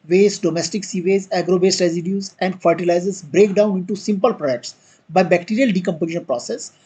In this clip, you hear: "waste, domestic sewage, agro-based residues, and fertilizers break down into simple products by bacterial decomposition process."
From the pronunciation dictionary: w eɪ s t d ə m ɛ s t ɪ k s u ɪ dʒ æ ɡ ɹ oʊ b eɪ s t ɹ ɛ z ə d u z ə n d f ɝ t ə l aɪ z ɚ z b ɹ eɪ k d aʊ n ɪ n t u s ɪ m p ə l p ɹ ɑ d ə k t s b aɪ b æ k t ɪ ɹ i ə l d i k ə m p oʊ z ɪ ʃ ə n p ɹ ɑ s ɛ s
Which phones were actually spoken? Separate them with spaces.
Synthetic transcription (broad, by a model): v eɪ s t d ə m ɛ s t ɪ k s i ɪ z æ ɡ ɹ oʊ b eɪ s t ɹ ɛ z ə d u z ə n d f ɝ t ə l aɪ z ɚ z b ɹ eɪ k d aʊ n ɪ n t u s ɪ m p ə l p ɹ ɑ d ə k t s b aɪ b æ k t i ɹ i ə l d i k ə m p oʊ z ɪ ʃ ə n p ɹ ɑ s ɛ s